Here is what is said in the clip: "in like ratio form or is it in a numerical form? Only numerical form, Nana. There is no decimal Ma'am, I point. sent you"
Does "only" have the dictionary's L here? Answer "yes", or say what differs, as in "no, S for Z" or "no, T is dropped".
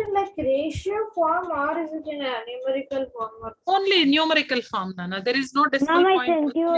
yes